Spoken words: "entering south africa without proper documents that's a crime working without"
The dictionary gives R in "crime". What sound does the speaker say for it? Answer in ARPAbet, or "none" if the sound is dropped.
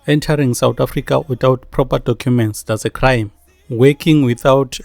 R